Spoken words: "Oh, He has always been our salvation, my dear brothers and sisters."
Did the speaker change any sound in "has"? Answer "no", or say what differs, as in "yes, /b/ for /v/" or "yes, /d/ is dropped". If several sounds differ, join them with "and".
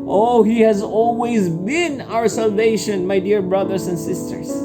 no